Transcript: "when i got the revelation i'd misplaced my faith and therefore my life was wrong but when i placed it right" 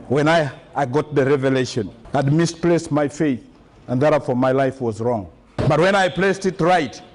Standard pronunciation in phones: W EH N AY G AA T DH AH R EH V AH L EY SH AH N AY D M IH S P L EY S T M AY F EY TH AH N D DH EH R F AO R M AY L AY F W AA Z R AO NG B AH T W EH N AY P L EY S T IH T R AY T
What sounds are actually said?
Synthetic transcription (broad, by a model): W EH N AY G AA T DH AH R EH V AH L EY SH AH N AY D M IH S P L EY S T M AY F EY TH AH N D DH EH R F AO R M AY L AY F W AA Z R AO NG B AH T W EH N AY P L EY S T IH T R AY T